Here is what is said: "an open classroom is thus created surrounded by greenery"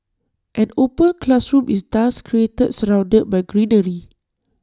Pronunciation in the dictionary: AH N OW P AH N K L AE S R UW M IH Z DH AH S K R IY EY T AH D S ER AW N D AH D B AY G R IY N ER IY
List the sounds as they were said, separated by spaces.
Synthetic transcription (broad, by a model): AH N OW P AH N K L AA S R UW M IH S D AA S K R IY EY T AH D S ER AW N D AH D B AY G R IY N ER IY